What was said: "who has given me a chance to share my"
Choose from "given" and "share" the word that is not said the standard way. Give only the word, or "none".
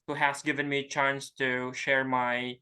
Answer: none